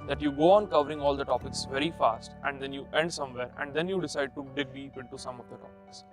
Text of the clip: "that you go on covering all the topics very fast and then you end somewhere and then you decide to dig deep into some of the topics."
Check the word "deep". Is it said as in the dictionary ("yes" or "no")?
no